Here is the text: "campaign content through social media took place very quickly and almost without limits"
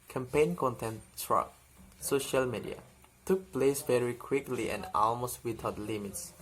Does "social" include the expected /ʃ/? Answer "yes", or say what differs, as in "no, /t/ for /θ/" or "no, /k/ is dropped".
yes